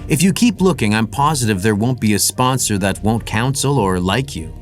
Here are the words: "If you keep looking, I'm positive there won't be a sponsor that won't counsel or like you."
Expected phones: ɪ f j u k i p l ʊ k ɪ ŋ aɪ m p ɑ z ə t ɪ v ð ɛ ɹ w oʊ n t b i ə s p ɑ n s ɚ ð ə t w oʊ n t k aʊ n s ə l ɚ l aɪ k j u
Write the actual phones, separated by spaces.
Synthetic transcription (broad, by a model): ɪ f j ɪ k i p l ʊ k ɪ ŋ aɪ m p ɑ z ə t ɪ v ð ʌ ɹ w oʊ n t b i ə s p ɑ n s ɚ ð ə t w oʊ n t k aʊ n s l ɚ l aɪ k j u